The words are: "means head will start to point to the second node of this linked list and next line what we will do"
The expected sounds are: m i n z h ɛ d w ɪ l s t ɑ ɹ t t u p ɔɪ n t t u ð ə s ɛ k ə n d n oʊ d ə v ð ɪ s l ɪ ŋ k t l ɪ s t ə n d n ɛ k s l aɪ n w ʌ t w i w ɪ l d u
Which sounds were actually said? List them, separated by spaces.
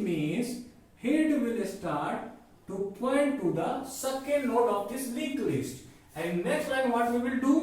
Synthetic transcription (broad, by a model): m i n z h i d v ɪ l s t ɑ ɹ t t u p ɔɪ n t t u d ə s ɛ k ə n d l oʊ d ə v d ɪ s l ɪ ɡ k l ɪ s t ə n d n ɛ k s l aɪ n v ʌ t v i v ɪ l d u